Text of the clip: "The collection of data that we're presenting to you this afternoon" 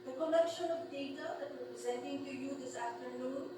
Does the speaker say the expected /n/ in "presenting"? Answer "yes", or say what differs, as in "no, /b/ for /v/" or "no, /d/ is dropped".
yes